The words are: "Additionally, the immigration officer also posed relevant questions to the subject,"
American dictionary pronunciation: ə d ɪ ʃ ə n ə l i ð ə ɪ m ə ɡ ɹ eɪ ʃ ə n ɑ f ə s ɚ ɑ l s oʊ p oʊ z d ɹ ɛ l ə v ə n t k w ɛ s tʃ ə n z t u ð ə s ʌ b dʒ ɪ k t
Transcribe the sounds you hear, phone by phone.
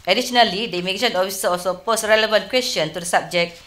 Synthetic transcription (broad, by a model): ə d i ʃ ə n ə l i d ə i m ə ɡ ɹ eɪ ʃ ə n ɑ f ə s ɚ ɑ l s oʊ p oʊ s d ɹ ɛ l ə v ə n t k w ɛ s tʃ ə n t u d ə s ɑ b dʒ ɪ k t